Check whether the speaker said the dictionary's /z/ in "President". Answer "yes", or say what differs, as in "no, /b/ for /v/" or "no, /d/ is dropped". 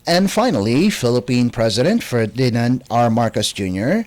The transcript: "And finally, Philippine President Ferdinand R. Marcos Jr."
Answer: yes